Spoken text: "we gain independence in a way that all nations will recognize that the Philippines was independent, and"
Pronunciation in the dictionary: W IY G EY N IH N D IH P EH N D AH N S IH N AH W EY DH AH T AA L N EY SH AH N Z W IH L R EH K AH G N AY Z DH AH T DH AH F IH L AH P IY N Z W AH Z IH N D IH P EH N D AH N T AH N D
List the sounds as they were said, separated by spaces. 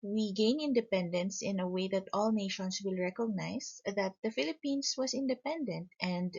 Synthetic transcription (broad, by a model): W IY G EY N IH N D IH P EH N D AH N S IH N AH W EY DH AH T AA L N EY SH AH N S W IH L R EH K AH G N AY S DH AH T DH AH F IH L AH P IY N S W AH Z IH N D IH P EH N D AH N T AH N D